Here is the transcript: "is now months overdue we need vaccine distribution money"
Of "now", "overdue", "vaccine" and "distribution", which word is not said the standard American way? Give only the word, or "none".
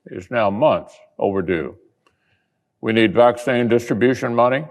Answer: none